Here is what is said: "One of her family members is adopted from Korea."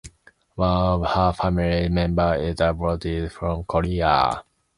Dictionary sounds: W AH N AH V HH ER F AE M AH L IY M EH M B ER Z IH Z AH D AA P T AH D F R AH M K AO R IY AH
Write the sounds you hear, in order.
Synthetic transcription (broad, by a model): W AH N AH V HH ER F AE M AH L IY M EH M B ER IH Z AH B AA T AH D F R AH M K AO R IY AH